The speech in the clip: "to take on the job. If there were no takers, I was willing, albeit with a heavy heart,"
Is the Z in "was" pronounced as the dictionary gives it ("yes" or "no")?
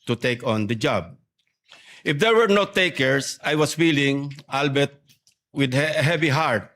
no